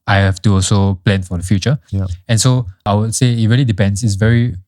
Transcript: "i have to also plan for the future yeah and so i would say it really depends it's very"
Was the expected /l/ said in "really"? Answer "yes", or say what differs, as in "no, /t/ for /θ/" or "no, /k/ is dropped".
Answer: yes